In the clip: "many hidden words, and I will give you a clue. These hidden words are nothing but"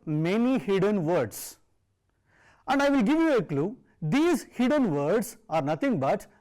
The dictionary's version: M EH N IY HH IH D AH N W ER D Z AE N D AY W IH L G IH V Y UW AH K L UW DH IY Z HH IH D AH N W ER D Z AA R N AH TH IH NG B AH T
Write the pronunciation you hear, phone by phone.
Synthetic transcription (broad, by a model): M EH N IY HH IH D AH N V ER D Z AE N D AY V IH L G IH V Y UW AH K L UW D IY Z HH IH D AH N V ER D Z AA R N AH T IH NG B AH T